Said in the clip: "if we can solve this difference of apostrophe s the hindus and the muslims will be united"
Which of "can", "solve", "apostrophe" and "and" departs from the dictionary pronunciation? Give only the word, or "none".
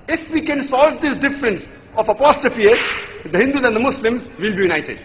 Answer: apostrophe